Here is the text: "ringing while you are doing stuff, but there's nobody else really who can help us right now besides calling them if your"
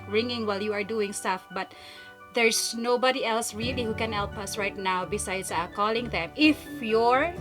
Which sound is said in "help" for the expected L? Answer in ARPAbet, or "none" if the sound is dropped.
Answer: L